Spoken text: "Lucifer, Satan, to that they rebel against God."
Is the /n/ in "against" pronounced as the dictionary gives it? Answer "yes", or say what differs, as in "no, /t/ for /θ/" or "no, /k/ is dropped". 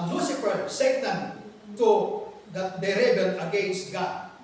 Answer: no, /n/ is dropped